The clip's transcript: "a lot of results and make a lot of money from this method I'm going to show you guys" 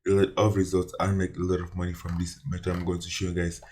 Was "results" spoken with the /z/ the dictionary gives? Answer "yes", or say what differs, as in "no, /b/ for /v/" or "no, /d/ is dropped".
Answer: yes